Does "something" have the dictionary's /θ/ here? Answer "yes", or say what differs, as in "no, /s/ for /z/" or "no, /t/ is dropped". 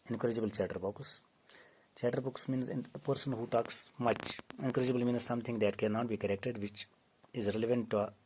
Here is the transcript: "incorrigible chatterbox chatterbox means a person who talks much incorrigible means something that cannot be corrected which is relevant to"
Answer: no, /t/ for /θ/